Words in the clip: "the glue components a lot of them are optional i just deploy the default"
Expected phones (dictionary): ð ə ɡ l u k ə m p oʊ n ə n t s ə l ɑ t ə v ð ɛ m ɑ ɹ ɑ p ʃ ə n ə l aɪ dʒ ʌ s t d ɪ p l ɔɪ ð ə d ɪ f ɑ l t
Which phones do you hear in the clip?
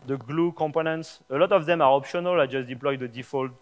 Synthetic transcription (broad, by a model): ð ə ɡ l u k ə m p oʊ n ə n t s ə l ɑ t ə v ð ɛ m ɑ ɹ ɑ p ʃ ə n ə l aɪ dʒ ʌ s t d ɪ p l ɔɪ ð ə d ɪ f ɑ l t